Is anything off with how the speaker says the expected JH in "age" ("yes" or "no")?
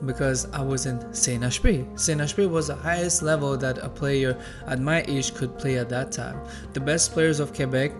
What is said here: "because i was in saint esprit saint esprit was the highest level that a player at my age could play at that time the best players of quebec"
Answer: yes